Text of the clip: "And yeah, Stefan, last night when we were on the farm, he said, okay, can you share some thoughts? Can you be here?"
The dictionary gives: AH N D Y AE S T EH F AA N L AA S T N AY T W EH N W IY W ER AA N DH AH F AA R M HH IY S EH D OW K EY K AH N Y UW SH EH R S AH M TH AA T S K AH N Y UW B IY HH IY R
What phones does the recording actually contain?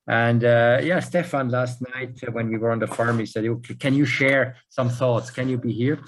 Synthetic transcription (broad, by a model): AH N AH Y AE S T EH F AA N L AA S T N AY T W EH N W IY W ER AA N DH AH F AA R M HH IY S EH D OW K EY K AH N Y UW SH EH R S AH M TH AA T S K AH N Y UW B IY HH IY R